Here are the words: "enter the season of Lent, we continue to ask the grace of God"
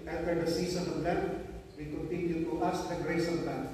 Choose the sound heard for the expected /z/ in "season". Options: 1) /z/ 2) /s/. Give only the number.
2